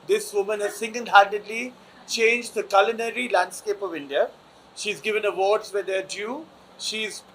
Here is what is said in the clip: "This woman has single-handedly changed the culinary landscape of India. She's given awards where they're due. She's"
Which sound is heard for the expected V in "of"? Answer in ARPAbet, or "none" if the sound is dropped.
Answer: V